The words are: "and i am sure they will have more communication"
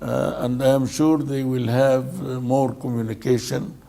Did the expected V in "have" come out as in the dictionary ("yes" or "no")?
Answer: yes